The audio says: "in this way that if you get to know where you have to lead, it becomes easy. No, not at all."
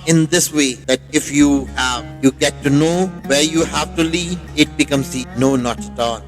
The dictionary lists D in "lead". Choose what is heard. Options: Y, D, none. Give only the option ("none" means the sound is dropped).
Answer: none